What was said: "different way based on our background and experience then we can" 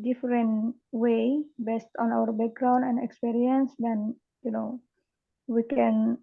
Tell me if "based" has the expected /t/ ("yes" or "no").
yes